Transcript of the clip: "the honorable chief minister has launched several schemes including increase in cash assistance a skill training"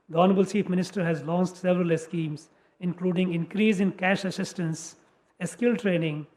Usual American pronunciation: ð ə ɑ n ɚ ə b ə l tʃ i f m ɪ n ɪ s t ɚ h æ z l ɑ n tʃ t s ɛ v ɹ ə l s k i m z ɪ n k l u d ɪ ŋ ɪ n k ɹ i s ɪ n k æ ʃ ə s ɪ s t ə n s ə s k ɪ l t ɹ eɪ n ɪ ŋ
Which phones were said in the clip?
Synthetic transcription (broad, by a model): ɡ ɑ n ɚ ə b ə l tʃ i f m ɪ n ɪ s t ɚ h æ z l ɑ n s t s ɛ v ɹ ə l s k i m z ɪ n k l u d ɪ ŋ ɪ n k ɹ i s ɪ n k æ ʃ ə s ɪ s t ə n s ə s k ɪ l t ɹ eɪ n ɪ ŋ